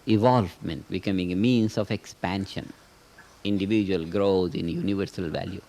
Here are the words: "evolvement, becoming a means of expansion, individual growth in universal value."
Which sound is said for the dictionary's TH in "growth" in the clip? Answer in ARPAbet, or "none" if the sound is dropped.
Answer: T